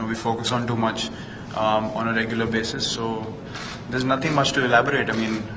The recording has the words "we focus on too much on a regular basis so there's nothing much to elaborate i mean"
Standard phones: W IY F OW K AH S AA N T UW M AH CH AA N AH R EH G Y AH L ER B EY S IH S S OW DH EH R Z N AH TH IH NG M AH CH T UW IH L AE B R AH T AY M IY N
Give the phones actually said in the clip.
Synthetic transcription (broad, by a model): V IY F OW K AH S AA N T UW M AH CH AA N AH R EH G Y AH L ER B EY S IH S S OW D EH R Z N AH T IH NG M AH CH T UW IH L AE B R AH T AY M IY N